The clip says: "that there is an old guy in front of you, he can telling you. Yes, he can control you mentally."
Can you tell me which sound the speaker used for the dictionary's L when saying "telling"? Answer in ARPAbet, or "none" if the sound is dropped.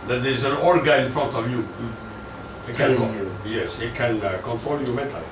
N